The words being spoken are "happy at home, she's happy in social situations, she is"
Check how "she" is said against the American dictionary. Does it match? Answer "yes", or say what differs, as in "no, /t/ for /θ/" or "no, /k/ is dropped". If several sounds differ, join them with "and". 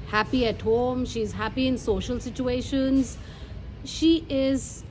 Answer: yes